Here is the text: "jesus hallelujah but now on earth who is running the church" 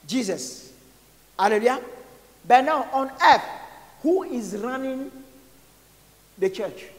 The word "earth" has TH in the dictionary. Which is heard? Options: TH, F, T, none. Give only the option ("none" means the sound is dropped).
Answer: F